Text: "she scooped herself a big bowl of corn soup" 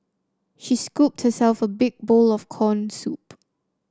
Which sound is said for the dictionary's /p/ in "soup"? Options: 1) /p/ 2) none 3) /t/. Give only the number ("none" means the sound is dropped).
1